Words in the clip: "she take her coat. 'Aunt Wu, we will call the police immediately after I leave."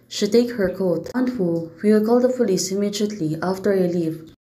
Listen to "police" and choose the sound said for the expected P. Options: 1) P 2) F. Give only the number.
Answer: 2